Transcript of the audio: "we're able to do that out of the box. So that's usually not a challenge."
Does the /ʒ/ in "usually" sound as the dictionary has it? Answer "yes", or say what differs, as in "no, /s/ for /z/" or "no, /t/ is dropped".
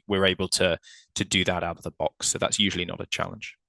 yes